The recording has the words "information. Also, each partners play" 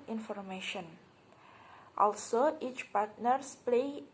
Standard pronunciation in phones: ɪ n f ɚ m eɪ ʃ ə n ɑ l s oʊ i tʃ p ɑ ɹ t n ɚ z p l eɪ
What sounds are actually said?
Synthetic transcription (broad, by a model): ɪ n f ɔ m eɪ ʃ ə n ɑ l s oʊ i tʃ p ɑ ɹ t n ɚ s p l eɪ